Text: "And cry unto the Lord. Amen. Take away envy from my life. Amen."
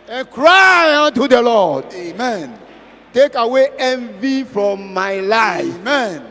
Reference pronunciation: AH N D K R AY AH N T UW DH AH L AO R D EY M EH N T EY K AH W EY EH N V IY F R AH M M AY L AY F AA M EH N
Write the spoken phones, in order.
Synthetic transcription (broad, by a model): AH N K R AY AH N T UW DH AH L AO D EY M EH N T EY K AH W EY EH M V IY F R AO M M AY L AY AA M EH N